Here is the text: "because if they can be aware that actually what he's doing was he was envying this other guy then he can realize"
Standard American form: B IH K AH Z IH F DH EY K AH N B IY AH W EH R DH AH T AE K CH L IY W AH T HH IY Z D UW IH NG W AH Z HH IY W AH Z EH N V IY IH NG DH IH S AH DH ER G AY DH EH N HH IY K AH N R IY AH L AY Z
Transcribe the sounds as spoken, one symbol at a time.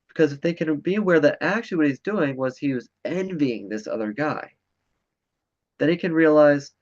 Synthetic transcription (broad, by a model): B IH K AH Z IH F DH EY K AH N B IY AH W EH R DH AH T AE K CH IY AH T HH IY Z D UW IH NG W AH Z HH IY W AH Z EH N V IY IH NG DH IH S AH DH ER G AY DH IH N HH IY K AH N R IY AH L AY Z